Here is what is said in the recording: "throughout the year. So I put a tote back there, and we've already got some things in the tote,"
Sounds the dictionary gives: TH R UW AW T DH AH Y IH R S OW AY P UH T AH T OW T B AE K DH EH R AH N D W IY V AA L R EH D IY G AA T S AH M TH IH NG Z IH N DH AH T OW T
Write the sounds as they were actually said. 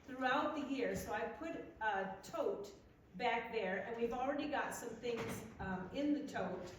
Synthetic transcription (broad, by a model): TH R UW AW T DH AH Y IH R S OW AY P UH T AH T OW T B AE K DH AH R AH N W IY V L R EH D IY G AA T S AH M TH IH NG Z IH N DH AH T OW T